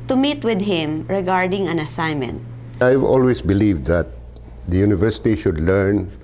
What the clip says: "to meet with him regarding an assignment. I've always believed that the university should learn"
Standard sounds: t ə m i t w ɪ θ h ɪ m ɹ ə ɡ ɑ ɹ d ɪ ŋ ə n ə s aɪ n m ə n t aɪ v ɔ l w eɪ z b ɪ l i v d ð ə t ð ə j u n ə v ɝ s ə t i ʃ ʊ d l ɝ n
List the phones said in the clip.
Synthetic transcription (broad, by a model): t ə m i t w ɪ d h ɪ m ɹ ə ɡ ɑ ɹ d ɪ ŋ ə n ə s aɪ n m ə n t aɪ v ɔ l w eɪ s b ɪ l i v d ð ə t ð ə j u n ə v ɝ s ə t i ʃ ʊ d l ɝ n